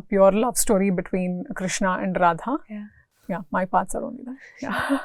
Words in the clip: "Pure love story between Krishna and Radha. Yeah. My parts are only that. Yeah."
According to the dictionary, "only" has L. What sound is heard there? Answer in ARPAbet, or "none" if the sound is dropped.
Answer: none